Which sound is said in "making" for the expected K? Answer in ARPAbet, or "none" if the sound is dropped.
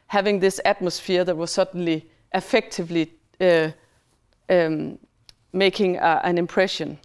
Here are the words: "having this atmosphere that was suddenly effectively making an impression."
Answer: K